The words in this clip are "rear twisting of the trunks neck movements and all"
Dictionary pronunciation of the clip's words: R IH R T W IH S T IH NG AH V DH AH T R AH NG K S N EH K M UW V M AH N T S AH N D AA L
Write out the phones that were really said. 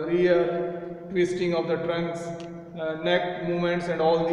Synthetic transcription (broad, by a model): R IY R T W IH S T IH NG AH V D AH T R AH NG K S N EH K M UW M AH N T S AH N D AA L